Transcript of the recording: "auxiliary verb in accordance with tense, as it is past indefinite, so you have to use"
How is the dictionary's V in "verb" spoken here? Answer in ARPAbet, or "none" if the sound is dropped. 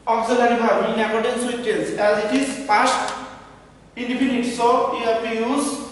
B